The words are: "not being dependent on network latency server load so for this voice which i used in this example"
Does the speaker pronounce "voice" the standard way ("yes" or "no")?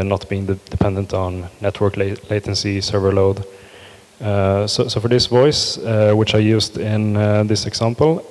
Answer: yes